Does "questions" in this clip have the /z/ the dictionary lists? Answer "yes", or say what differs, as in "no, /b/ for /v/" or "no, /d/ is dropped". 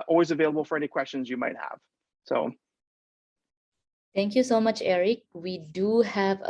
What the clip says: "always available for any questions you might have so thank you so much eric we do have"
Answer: yes